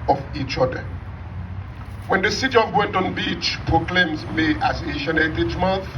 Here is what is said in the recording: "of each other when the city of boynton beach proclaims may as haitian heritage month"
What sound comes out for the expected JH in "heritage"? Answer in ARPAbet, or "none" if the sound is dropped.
CH